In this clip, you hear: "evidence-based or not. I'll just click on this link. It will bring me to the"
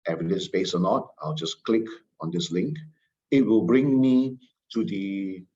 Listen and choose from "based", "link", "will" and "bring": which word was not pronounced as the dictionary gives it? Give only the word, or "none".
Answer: based